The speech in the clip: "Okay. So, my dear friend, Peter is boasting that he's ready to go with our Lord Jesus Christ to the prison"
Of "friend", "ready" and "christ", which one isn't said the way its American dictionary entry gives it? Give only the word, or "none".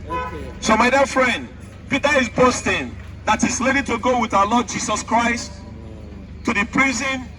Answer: ready